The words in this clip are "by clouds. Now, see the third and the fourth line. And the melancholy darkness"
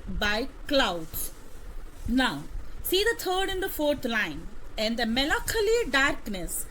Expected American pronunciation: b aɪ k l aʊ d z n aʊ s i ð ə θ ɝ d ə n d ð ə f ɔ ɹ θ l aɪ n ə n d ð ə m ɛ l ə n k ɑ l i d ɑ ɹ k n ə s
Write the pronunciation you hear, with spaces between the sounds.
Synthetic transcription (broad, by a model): b aɪ k l aʊ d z n aʊ s i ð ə t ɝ d ə n d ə f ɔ ɹ t l aɪ n ə n d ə m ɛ l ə k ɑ l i d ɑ ɹ k n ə s